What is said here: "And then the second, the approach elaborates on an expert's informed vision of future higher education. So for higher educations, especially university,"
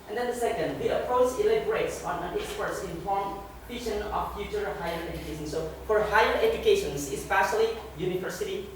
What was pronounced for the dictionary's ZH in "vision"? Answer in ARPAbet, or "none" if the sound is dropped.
SH